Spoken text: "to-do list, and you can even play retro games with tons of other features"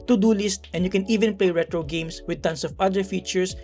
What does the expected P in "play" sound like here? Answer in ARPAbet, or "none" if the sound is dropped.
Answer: P